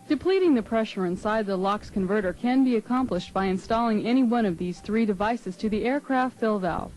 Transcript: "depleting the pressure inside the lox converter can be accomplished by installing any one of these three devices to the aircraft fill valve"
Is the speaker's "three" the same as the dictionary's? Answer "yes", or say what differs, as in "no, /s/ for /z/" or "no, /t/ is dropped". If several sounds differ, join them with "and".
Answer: yes